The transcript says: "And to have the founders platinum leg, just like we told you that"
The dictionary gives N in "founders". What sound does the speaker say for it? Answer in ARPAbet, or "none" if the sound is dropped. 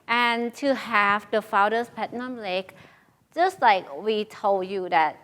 none